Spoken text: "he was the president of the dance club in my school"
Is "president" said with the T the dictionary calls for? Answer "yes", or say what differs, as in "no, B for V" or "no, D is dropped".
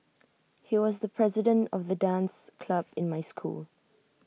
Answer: yes